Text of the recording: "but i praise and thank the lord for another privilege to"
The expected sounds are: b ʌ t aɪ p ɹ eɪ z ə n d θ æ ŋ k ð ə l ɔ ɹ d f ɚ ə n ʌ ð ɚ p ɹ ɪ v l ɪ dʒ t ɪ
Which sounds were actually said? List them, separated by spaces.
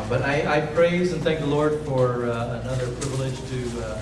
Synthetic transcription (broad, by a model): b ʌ t aɪ p ɹ eɪ z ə n θ æ ŋ k ð ə l ɔ ɹ d f ɚ ə n ʌ ð ɚ p ɹ ɪ v l ɪ dʒ t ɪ